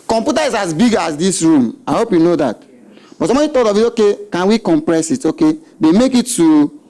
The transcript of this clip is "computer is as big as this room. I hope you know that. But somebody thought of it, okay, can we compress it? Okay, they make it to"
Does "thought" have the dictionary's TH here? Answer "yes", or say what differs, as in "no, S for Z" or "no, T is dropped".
no, T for TH